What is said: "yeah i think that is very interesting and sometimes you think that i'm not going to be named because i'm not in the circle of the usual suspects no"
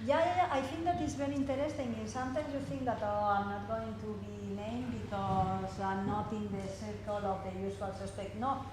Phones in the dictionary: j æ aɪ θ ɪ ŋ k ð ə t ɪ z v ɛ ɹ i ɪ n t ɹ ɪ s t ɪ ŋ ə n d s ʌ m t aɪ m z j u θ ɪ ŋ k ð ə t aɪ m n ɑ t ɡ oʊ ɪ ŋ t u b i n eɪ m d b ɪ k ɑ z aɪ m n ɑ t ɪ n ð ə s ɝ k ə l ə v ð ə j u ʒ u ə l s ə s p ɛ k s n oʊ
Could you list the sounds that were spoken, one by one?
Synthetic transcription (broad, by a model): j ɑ aɪ f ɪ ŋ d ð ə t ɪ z b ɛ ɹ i n t ɹ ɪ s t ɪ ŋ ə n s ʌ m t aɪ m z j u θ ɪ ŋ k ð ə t aɪ m n ɑ t ɡ oʊ ɪ ŋ t u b i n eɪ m b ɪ k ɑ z aɪ m n ɑ t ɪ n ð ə s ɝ k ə l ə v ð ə j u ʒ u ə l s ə s p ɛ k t n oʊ